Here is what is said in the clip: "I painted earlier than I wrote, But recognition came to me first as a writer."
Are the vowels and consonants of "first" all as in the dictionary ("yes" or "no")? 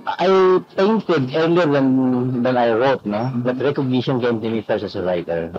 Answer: no